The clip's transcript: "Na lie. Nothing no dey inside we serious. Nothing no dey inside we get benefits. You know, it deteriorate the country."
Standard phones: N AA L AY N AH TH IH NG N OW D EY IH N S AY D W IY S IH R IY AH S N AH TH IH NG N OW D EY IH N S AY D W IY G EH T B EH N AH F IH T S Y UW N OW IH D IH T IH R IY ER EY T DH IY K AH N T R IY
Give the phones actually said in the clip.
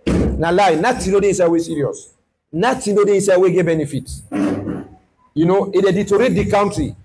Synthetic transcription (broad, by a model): N AA L AY N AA T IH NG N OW D EY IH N S AY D W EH S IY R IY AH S N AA T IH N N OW D EY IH N S AY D W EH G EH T B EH N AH F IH T Y UW N OW IH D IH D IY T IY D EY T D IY K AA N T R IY